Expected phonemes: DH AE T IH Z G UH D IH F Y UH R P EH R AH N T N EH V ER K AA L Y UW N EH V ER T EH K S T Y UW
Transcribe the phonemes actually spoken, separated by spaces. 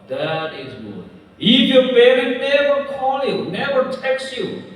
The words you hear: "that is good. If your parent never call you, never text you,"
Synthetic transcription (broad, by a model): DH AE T IH Z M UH IH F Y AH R B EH R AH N N EH V ER K AA L Y UW N EH V ER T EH K S Y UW